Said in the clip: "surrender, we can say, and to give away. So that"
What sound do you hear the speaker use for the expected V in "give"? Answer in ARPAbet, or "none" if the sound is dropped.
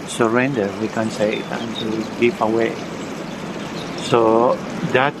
P